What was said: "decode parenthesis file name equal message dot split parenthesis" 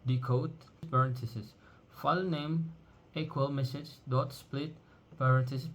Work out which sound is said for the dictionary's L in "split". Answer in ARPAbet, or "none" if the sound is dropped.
L